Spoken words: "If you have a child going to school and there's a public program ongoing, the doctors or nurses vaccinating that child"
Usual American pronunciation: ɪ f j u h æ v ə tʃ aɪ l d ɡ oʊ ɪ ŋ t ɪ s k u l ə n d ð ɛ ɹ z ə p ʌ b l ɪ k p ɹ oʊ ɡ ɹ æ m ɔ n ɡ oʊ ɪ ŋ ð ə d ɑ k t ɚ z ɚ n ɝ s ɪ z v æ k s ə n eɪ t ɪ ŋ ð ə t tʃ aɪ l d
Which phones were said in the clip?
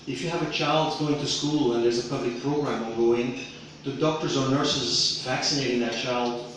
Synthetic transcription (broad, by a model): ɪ f j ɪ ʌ v ə tʃ aɪ l d ɡ oʊ ɪ ŋ t ɪ s k u l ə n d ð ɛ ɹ z ə p ʌ b l ɪ k p ɹ oʊ ɡ ɹ æ m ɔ ɡ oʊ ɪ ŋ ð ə d ɑ k t ɚ z ɚ n ɝ s ɪ z v æ k s ə n eɪ t ɪ ŋ ð ə t tʃ aɪ l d